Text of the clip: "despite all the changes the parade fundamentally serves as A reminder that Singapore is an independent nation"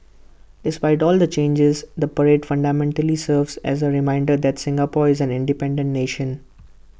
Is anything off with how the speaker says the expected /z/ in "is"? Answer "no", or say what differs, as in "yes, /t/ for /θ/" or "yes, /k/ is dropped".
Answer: no